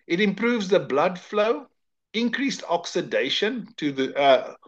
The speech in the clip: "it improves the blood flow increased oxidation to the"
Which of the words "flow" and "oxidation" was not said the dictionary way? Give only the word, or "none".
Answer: none